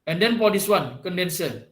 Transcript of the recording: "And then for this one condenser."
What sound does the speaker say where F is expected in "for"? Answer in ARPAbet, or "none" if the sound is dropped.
P